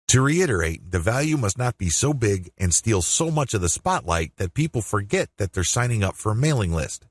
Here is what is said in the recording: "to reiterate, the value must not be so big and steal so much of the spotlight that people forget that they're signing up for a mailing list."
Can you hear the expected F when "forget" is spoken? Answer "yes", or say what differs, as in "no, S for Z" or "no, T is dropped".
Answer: yes